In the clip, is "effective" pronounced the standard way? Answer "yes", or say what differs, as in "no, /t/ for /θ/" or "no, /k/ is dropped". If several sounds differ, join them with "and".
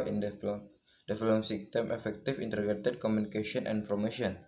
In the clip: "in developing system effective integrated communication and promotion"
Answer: no, /f/ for /v/